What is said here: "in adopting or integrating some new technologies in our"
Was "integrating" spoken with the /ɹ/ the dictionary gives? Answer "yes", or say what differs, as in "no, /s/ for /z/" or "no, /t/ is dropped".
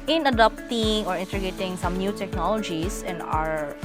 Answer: no, /ɹ/ is dropped